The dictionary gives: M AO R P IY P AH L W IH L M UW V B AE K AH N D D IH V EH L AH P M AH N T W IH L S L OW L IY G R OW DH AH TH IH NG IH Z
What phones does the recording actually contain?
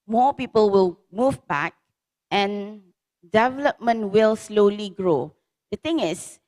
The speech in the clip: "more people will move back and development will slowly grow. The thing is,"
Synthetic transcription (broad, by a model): M AO P IY P AH L W IH L M UW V B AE K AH N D D IH V EH L AH P M AH N T W IH L S L OW L IY G R OW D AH T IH NG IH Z